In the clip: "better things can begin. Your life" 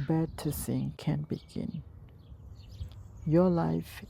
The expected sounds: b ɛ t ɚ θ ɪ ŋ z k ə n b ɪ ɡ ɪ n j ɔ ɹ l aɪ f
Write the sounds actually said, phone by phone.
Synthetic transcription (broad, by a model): b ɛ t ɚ s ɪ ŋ k ə n b ɪ ɡ ɪ n j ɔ l aɪ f